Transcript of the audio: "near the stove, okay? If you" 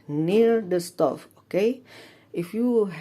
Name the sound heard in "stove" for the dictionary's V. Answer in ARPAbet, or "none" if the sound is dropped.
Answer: F